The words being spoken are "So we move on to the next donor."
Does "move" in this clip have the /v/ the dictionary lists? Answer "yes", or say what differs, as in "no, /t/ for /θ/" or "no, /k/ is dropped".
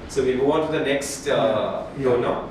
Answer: no, /v/ is dropped